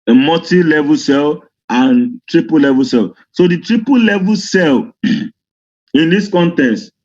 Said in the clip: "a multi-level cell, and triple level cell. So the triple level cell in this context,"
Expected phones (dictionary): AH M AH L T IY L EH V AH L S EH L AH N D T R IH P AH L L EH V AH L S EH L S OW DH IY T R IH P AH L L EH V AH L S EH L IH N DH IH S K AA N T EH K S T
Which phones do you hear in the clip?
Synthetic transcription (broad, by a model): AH M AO T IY L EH V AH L S EH L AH N T R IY P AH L L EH V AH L S EH L S OW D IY T R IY P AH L L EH V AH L S EH L IH N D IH S K AA N T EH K S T